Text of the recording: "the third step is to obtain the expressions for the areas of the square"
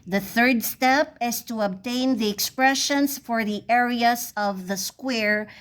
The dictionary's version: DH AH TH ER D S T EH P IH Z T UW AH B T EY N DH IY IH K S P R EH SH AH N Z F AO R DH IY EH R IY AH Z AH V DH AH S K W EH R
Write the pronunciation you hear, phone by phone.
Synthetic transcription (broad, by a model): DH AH TH ER D S T EH P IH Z T UW AH B T EY N DH IY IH K S P R EH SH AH N S F AO R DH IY EH R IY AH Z AH V DH AH S K W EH R